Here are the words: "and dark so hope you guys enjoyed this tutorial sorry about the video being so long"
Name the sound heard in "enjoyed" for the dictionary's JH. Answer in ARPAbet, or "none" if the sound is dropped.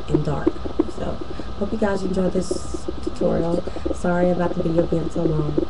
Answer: JH